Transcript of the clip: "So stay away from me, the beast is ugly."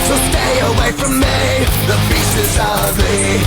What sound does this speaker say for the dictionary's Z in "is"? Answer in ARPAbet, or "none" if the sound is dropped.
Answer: Z